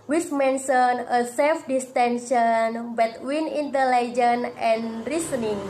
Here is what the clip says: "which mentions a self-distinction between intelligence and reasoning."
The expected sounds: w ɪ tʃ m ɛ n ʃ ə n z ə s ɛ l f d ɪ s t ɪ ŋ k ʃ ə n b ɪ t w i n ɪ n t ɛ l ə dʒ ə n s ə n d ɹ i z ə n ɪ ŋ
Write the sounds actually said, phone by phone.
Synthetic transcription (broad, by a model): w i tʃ m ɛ n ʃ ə n ə s ɛ l f d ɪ s t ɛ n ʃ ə n b ɪ t w i n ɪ n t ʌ l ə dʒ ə n ə n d ɹ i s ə n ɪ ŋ